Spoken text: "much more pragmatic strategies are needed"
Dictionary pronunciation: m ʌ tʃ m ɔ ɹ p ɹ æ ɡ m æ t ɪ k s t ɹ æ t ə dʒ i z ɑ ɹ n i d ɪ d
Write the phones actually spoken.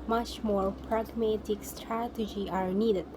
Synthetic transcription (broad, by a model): m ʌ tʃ m ɔ ɹ p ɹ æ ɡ m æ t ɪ k s t ɹ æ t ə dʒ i ɑ ɹ n i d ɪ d